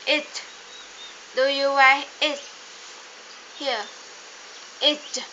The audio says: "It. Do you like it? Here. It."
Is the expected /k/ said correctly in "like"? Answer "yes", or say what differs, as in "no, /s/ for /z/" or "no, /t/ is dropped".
no, /k/ is dropped